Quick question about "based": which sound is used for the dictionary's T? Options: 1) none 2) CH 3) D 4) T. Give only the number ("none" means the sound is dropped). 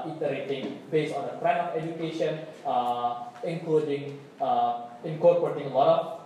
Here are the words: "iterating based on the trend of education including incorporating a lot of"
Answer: 1